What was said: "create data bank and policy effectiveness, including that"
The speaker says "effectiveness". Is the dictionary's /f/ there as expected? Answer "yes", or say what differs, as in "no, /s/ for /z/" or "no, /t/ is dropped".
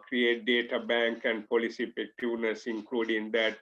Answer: no, /p/ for /f/